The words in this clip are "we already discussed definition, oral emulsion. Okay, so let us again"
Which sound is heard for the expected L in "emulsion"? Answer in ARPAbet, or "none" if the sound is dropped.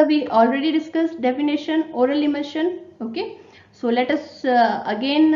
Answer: none